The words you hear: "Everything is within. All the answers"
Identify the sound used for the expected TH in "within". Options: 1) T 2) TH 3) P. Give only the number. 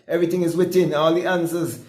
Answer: 1